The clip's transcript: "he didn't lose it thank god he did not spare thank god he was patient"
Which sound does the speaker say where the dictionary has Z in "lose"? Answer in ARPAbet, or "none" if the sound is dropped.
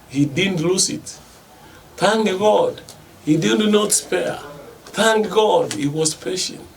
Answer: S